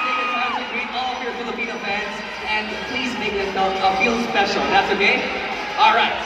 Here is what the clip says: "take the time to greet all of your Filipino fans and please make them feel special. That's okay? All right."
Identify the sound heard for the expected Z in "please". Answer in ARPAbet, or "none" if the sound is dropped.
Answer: Z